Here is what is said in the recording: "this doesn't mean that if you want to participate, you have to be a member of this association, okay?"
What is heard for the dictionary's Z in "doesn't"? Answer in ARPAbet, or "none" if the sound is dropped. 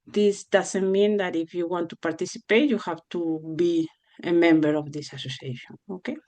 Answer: S